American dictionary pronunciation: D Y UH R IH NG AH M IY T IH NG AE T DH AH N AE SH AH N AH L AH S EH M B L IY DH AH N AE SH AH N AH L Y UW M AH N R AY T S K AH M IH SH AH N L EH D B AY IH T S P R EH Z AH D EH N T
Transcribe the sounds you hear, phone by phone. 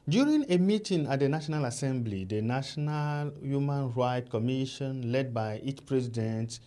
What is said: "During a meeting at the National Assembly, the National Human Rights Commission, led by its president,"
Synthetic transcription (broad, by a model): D Y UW R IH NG AH M IY T IH NG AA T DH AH N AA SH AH N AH L AH S EH M B L IY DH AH N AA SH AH N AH L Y UW M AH N R AY T K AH M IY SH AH N L EH D B AY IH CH P R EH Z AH D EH N T